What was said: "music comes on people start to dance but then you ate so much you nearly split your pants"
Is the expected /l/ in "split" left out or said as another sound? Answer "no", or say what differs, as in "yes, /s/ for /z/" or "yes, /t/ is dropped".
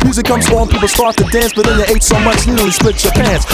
yes, /w/ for /l/